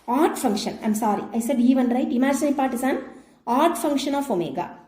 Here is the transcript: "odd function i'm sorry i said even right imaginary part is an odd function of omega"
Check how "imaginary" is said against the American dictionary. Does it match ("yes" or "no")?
no